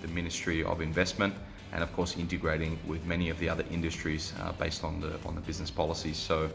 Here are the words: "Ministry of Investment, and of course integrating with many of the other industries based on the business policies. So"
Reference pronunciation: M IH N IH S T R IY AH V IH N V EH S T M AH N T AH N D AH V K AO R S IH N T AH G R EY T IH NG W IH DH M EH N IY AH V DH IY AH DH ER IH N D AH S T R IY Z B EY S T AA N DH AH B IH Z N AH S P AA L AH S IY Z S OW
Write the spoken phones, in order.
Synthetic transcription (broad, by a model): M IH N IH S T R IY AH V IH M V EH S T M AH N T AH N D AH V K AO R S IH N T AH G R EY T IH NG W IH DH M EH N IY AH V DH IY AH DH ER IH N D AH S T R IY Z B EY S T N N DH AH B IH Z N AH S P AA L AH S IY Z S OW